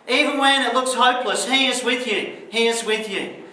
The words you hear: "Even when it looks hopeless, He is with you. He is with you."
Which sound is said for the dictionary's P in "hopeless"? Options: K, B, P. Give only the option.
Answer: P